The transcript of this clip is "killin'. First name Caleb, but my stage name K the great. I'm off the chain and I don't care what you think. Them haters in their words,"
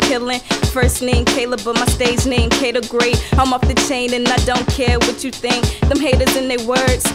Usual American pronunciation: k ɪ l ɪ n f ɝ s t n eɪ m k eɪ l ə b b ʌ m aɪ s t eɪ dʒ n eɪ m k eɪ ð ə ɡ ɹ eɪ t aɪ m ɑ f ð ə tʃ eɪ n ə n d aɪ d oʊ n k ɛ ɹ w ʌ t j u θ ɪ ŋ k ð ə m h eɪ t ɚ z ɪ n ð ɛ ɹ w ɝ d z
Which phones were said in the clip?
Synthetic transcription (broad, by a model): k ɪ l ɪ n f ɝ s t n eɪ m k eɪ l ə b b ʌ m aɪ s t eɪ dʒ n eɪ m k eɪ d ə ɡ ɹ eɪ t aɪ m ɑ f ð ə tʃ eɪ n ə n aɪ d oʊ n k ɛ ɹ w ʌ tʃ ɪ θ ɪ ŋ k ð ə m h eɪ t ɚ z ɪ n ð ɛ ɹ w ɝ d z